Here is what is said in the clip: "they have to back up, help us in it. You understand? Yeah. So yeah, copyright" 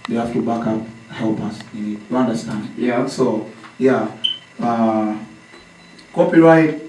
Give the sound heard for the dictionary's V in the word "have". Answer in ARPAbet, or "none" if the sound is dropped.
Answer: F